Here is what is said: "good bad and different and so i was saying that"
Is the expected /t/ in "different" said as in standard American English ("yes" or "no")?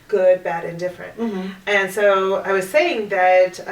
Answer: yes